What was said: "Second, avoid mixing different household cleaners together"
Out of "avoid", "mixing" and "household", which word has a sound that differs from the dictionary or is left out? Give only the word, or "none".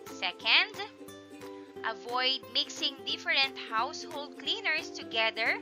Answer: none